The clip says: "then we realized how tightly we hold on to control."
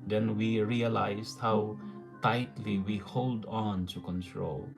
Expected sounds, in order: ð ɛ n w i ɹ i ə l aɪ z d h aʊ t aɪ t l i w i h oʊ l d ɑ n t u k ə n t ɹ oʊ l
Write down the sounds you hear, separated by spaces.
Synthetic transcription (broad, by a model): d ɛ n w i ɹ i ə l aɪ s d h aʊ t aɪ t l i w i h oʊ l d ɑ n t u k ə n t ɹ oʊ l